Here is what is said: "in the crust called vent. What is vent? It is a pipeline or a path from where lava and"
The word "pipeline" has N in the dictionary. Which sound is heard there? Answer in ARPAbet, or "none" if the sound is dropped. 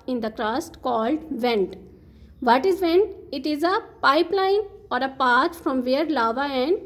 N